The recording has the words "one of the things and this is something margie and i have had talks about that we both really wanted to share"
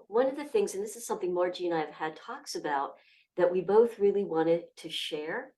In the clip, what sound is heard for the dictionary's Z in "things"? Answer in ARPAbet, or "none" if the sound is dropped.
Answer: Z